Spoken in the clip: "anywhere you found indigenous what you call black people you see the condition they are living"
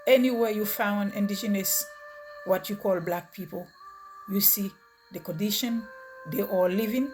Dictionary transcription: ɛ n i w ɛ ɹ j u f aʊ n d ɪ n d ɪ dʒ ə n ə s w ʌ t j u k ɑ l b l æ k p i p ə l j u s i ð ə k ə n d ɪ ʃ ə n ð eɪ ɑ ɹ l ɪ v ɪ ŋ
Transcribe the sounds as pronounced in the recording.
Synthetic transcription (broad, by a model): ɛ n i w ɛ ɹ j u f aʊ n d ɪ n d ɪ dʒ ə n ə s w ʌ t j u k ɑ l b l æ k p i p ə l j u s i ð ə k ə n d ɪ ʃ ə n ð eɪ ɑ l l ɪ v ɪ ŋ